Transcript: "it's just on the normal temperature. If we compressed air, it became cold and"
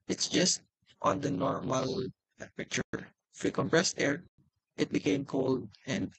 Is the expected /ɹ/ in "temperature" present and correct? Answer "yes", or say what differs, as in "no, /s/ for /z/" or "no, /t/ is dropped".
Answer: no, /ɹ/ is dropped